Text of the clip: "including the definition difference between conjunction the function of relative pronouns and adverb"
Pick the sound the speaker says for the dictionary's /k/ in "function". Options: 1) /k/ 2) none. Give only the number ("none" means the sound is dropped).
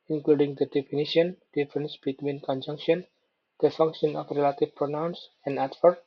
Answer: 1